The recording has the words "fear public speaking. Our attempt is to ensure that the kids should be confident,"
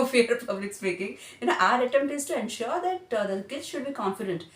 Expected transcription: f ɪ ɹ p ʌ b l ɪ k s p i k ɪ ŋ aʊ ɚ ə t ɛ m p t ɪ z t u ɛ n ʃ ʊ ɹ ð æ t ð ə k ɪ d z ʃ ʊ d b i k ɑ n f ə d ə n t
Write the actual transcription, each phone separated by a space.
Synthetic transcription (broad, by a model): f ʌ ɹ p ʌ b l ɪ k s p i k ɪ ŋ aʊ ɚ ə t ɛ m t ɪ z t u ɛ n ʃ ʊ ɹ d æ t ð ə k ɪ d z ʃ ʊ d b i k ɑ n f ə d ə n t